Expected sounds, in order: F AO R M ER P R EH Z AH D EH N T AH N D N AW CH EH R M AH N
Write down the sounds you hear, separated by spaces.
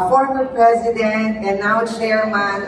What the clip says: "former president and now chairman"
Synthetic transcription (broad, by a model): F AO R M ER P R EH Z AH D EH N T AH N N AW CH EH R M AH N